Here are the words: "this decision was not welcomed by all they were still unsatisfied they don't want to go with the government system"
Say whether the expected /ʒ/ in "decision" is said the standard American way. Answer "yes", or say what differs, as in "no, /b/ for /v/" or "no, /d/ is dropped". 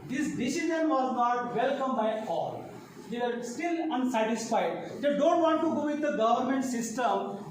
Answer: no, /z/ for /ʒ/